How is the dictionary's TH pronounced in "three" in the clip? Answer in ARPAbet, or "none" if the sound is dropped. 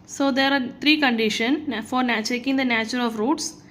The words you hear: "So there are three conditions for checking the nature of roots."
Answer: T